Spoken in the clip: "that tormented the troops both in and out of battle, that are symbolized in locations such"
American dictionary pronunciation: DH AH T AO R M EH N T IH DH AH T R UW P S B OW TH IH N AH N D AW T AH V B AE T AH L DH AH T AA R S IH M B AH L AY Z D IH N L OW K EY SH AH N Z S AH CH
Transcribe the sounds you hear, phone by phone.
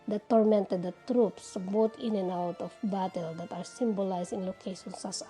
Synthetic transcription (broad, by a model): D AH T AO R M EH N T IH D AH T R UW P S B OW T IH N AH N AW T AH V B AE T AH L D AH T AA R S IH M B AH L AY S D IH N L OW K EY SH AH N S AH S